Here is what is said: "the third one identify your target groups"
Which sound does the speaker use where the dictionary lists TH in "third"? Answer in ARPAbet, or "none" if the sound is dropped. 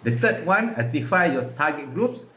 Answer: T